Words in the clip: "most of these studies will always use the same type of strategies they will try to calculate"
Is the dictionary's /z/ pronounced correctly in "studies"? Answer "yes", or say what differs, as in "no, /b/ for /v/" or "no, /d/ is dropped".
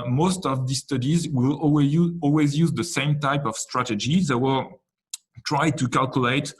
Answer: yes